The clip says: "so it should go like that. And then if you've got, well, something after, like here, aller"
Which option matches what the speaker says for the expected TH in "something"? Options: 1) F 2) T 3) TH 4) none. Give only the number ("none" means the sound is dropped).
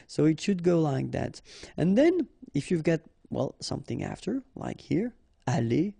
3